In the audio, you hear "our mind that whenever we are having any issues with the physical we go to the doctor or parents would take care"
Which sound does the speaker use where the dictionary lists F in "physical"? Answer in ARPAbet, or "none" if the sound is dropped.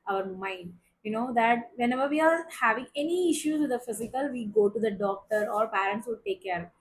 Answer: F